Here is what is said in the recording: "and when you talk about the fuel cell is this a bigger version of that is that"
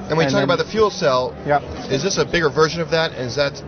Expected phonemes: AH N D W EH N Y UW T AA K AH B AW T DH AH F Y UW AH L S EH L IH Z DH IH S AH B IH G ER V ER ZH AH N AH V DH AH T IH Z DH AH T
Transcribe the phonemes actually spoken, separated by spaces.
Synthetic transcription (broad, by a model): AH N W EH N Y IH T AA K AH B AW T DH AH F Y UW L S EH L IH Z DH IH S AH B IH G ER V ER ZH AH N AH V DH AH T IH Z DH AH T